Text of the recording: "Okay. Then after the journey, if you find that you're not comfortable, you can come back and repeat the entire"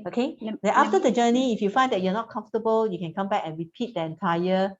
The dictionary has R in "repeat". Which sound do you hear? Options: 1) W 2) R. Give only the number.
2